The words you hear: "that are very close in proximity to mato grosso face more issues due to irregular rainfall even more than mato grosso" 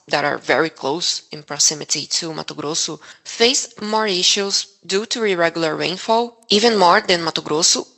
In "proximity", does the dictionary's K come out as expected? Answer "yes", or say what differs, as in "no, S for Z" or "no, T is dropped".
no, K is dropped